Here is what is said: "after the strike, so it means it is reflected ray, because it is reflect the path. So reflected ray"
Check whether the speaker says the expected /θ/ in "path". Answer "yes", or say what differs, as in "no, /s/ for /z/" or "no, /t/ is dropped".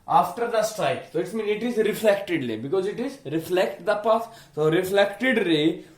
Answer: no, /s/ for /θ/